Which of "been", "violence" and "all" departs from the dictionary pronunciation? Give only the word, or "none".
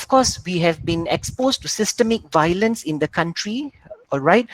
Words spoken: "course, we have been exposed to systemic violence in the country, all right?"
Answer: none